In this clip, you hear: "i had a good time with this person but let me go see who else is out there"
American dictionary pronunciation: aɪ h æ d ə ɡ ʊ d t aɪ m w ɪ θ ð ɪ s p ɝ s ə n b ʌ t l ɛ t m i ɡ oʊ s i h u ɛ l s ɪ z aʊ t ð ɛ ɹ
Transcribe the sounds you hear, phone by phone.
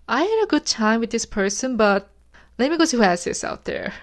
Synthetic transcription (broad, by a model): aɪ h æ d ə ɡ ʊ d t aɪ m w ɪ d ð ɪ s p ɝ s ə n b ʌ t l ɛ t m i ɡ oʊ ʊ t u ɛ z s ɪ s aʊ t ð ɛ ɹ